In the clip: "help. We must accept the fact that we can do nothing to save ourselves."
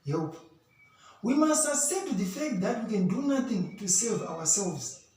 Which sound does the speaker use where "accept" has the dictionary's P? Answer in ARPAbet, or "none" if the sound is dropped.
none